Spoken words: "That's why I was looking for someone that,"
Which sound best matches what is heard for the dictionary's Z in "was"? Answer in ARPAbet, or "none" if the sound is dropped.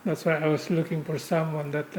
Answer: S